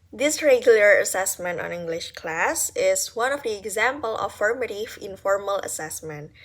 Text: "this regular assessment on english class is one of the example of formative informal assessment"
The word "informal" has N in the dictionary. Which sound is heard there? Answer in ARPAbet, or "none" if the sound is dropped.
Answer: N